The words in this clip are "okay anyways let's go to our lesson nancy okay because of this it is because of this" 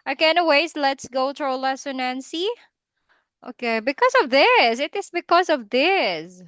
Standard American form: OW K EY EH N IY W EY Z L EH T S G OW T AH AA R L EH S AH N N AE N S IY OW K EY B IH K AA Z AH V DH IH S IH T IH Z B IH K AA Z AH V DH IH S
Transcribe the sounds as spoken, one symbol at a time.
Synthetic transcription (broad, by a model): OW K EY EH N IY W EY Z L EH T S G OW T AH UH L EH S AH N N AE N S IY OW K EY B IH K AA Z AH V DH IH S IH T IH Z B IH K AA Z AH V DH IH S